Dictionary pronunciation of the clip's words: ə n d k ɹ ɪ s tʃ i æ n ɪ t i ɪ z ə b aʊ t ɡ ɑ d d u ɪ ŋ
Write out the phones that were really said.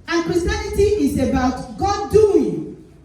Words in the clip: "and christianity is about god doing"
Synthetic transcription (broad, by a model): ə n k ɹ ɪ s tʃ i n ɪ t i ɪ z ə b aʊ t ɡ ɑ d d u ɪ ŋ